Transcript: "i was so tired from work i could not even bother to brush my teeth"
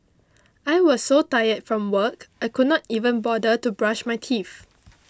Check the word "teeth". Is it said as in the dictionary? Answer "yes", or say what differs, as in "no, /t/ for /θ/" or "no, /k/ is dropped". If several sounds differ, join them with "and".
no, /f/ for /θ/